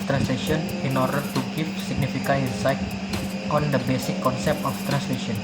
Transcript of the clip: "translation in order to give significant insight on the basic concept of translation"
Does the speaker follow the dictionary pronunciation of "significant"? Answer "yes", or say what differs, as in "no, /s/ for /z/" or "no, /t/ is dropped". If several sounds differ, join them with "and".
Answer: no, /t/ is dropped